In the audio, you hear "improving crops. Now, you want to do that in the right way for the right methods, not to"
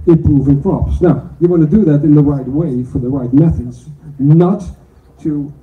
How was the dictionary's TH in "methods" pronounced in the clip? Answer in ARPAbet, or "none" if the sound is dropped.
TH